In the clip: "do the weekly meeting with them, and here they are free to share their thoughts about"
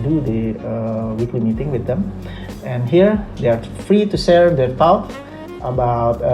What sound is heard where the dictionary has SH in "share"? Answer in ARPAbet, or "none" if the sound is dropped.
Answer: S